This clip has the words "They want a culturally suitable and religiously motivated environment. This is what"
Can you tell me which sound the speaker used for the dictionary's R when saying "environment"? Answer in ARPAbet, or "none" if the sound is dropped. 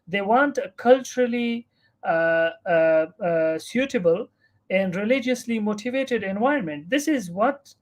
none